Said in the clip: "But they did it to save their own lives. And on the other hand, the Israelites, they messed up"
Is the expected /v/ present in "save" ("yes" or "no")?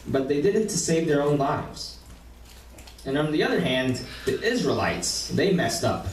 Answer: yes